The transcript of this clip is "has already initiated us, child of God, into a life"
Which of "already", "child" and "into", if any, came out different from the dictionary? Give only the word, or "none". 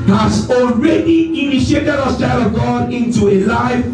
child